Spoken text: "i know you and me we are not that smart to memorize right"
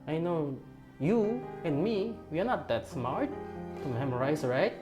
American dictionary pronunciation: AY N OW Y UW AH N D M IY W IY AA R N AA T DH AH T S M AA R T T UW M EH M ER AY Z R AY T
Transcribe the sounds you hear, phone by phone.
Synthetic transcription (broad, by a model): AY N OW Y UW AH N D M IY W IY AA R N AA T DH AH T S M AA R T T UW M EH M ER AY S R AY T